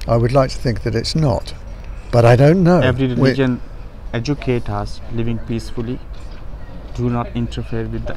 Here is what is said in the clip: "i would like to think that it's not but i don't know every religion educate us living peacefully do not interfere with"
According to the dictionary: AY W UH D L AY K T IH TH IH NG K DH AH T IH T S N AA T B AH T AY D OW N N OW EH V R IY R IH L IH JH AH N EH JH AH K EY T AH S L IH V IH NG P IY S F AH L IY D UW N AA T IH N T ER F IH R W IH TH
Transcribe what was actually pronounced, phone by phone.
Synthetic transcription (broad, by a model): AY W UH D L AY K T IH TH IH NG K DH AH T IH T S N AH T B AH T AY D OW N N OW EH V R IY R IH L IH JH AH N EH JH AH K EY T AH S L IH V IH NG P IY S F AH L IY D UW N AA T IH N T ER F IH R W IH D